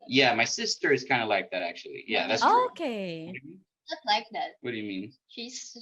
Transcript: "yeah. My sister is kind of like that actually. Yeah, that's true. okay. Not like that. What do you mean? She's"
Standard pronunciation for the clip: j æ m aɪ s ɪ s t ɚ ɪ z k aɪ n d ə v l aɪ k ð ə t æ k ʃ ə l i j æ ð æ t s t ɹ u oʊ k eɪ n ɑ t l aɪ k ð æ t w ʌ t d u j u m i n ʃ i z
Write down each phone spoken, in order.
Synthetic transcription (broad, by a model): j æ m aɪ s ɪ s t ɚ ɪ z k aɪ n d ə l aɪ k ð ə t æ k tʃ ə l i j æ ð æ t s oʊ k eɪ l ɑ t l aɪ k ð æ t w ʌ t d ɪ j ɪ m i n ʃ i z